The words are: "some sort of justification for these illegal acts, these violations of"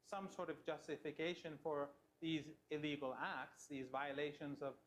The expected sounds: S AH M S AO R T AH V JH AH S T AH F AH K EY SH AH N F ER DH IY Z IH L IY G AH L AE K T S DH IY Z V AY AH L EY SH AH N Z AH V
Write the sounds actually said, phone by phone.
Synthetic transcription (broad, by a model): S AH M S AO R T AH V JH AH S T AH F AH K EY SH AH N F ER DH IY Z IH L IY G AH L AE K T S DH IY Z V AY AH L EY SH AH N Z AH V